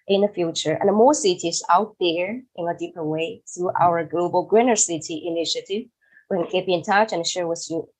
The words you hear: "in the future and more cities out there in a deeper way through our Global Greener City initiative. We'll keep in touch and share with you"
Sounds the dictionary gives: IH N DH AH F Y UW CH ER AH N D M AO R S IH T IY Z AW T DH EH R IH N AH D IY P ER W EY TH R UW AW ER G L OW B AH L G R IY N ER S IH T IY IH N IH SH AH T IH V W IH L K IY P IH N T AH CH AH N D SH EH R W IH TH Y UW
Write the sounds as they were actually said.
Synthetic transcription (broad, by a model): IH N DH AH F Y UW CH ER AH N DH M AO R S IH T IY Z AW T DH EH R IH N AH D IY P ER W EY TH R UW AW ER G L OW B AH L G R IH N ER S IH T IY IH N IH SH AH T IH V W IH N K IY B IH N T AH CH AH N SH EH R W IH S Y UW